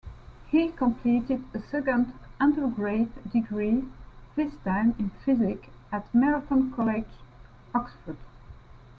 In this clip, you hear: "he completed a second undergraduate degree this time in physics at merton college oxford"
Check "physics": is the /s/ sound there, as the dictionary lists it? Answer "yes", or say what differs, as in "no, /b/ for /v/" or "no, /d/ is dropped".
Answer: no, /s/ is dropped